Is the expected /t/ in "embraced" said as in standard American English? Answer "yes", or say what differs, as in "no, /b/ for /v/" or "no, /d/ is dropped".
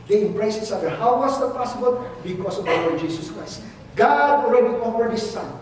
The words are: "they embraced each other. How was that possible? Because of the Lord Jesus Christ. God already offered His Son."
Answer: no, /t/ is dropped